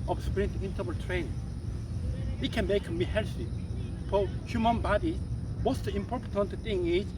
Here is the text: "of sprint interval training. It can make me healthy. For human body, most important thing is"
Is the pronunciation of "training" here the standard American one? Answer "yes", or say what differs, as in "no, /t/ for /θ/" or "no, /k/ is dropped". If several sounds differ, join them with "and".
no, /n/ is dropped